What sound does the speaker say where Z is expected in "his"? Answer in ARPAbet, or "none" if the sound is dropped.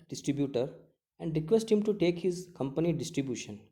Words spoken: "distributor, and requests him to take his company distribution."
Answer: Z